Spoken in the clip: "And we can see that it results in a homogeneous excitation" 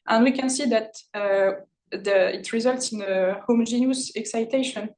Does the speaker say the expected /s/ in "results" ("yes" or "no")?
yes